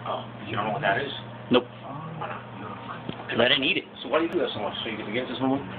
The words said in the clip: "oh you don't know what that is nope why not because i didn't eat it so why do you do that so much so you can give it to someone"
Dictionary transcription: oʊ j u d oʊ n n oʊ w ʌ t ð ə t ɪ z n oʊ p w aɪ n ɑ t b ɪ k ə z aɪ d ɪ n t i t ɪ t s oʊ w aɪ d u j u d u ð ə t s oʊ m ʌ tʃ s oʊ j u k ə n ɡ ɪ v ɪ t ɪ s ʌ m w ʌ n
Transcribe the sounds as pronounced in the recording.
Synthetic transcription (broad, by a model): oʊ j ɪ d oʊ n n oʊ w ʌ t ð ə t ɪ z n oʊ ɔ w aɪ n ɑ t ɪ ə aɪ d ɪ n i t ɪ t s oʊ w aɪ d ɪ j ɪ d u ð ə t s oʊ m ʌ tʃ s oʊ j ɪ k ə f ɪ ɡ ɪ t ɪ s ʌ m w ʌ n